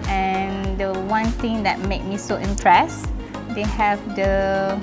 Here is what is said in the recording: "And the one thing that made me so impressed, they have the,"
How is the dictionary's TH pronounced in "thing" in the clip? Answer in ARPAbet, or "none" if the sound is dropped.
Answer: T